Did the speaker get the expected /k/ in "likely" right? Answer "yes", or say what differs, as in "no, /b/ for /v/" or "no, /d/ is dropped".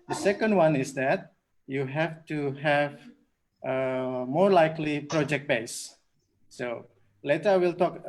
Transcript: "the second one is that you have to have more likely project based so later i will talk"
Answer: yes